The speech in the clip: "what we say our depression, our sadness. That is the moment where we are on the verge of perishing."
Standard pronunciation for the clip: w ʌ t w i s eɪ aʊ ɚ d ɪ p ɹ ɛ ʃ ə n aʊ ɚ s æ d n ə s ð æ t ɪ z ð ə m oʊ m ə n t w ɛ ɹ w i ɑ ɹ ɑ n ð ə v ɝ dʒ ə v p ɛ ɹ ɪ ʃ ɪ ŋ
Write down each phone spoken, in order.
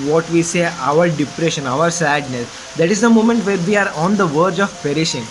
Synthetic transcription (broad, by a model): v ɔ t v i s eɪ aʊ ɚ d ɪ p ɹ ɛ ʃ ə n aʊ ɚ s æ d n ə s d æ t ɪ z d ə m oʊ m ə n t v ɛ ɹ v i ɑ ɹ ɑ n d ə v ɝ dʒ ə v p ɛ ɹ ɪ ʃ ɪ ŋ